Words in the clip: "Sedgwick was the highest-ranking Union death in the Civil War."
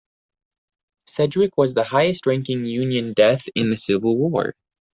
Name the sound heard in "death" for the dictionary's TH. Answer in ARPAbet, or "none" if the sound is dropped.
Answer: TH